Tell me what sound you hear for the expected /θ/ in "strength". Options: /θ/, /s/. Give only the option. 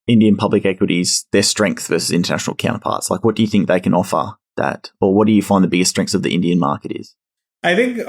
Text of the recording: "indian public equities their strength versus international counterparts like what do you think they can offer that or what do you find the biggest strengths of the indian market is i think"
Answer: /θ/